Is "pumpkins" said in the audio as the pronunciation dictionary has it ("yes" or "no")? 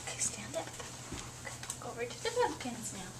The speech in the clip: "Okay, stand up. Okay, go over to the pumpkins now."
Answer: no